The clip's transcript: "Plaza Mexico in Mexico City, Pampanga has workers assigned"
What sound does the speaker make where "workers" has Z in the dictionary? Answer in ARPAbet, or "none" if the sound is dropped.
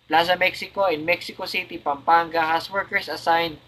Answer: S